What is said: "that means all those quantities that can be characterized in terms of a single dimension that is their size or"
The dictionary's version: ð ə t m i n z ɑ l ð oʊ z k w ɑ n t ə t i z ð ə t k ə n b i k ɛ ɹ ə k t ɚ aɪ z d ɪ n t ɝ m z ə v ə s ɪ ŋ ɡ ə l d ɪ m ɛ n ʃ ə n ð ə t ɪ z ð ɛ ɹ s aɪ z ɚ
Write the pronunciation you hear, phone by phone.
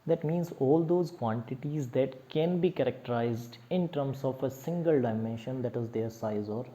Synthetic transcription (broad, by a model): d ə t m i n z ɑ l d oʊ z k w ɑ n t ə t i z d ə t k ə n b i k ɛ ɹ ə k t ɚ aɪ z d ɪ n t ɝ m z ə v ə s ɪ ŋ ɡ ə l d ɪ m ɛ n ʃ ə n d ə t ɪ z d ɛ ɹ s aɪ z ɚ